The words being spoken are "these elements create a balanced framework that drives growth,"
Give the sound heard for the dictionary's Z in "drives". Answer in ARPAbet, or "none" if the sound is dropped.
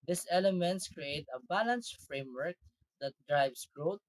S